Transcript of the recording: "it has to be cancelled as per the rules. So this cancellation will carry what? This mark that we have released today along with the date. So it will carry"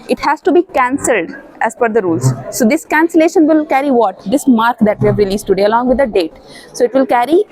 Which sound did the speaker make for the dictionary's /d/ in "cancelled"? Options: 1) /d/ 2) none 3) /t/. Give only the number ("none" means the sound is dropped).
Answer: 1